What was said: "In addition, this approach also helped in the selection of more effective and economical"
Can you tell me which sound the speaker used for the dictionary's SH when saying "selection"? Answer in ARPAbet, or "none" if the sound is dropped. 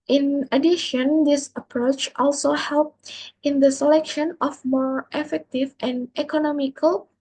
SH